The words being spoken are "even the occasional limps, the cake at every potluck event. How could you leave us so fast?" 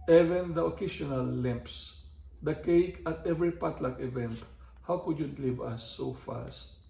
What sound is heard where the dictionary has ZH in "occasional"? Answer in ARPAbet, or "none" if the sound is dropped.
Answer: S